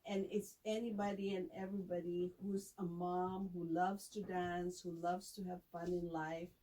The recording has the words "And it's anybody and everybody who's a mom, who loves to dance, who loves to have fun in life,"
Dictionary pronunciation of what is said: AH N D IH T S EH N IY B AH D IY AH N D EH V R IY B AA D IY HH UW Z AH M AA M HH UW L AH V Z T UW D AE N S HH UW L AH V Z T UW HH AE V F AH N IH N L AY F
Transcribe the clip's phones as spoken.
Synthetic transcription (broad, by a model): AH N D IH T S EH N IY B AH D IY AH N EH V R IY B AA D IY HH UW Z AH M AA M HH UW L AH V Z T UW D AE N S HH UW L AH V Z T UW HH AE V F AH N IH N L AY F